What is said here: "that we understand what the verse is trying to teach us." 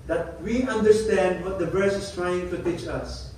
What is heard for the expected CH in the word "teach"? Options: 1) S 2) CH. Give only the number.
2